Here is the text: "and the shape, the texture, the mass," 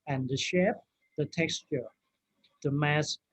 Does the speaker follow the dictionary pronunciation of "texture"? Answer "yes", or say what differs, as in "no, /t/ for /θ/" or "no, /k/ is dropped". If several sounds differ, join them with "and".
yes